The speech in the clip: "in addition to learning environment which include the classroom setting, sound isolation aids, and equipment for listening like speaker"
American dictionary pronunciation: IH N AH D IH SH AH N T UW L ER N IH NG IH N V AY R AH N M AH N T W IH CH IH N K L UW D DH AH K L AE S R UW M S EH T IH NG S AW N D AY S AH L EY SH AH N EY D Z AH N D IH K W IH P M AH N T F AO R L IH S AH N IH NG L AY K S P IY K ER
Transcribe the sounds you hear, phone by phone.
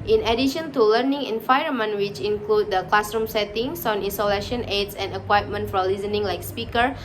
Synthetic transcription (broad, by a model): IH N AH D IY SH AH N T UW L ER N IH NG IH N F AY AH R M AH N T W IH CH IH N K L UW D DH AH K L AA S R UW M S EH T IH NG S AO N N S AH L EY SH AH N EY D S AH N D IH K W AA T M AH N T F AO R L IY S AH N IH NG L AY K S P IY K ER